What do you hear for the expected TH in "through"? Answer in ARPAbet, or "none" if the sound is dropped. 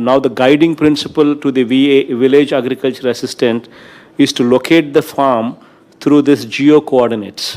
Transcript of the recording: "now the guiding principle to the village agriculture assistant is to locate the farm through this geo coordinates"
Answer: T